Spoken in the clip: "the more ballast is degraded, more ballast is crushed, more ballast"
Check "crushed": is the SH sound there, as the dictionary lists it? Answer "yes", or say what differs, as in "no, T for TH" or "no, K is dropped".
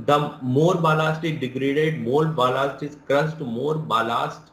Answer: no, S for SH